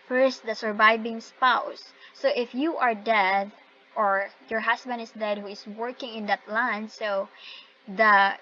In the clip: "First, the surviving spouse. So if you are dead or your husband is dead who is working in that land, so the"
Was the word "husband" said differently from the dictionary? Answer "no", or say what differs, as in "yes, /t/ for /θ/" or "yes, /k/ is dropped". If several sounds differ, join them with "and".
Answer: yes, /s/ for /z/